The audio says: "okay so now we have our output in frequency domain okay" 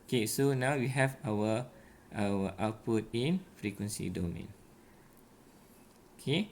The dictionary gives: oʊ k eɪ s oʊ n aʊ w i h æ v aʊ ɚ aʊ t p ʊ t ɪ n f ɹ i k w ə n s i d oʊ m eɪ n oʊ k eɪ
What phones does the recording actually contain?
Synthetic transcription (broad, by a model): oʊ k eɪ s oʊ n aʊ w i h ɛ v aʊ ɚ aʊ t p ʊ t ɪ n f ɹ i k w ə n s i d oʊ m eɪ n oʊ k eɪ